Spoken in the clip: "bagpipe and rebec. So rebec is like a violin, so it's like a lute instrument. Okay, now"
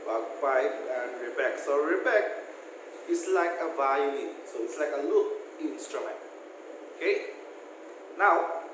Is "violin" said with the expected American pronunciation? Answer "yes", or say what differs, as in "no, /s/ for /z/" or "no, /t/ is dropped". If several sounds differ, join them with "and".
no, /n/ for /l/